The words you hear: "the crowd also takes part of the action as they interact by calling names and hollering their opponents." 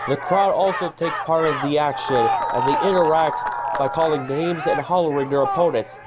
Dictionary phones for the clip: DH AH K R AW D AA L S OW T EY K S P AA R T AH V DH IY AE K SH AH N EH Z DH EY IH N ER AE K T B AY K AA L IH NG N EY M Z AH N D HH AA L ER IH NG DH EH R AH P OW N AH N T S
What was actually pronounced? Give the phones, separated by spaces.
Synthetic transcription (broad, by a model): DH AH K R AW D AA L S OW T EY K S P AA R T AH V DH IY AE K SH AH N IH Z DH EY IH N ER AE K T B AY K AA L IH NG N EY M Z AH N HH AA L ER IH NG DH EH R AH P OW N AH N T S